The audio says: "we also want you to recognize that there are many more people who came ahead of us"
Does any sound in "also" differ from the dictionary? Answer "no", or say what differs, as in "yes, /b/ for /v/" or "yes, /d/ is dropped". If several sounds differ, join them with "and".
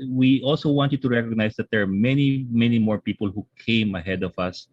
no